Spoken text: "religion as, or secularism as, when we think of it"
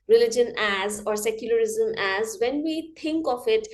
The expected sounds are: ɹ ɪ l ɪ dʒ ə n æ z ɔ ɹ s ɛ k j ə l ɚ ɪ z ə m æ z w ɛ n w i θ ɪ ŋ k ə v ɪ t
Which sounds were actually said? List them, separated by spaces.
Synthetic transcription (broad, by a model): ɹ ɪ l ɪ dʒ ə n æ z ɔ ɹ s ɛ k j ə l ɚ ɪ z ə m æ z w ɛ n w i t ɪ ŋ k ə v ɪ t